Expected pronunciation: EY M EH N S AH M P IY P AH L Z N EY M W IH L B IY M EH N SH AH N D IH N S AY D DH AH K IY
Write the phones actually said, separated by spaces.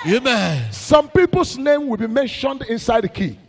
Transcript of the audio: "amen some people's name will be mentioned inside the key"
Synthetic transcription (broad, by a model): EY M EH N S AH M P IY P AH L S N EY M W IH L B IY M EH N SH AH N D IH N S AY D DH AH K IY